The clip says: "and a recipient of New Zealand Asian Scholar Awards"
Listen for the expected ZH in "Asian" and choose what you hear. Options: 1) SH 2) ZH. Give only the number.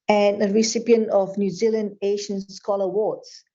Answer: 1